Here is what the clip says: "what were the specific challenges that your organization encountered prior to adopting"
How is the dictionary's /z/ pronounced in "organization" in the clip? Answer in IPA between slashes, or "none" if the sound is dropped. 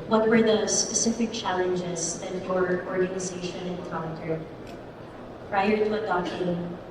/z/